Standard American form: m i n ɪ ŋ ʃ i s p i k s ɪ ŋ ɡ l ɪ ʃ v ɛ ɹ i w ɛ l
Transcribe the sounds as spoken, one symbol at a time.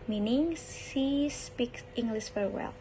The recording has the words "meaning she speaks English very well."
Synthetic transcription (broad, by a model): m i n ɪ ŋ s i s p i k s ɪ ŋ ɡ l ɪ s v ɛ ɹ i w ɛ l